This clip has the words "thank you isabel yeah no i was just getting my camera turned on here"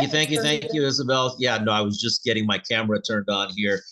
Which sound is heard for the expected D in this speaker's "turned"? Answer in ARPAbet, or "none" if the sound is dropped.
D